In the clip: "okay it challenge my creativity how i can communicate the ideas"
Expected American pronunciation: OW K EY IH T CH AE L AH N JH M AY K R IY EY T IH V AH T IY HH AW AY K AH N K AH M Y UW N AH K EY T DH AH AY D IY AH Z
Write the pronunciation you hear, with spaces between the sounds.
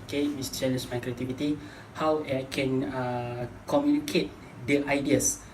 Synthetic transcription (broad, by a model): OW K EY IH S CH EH N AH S M AY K R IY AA T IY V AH T IY HH AW AY K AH N K AH M Y UW N AH K EY T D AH AY D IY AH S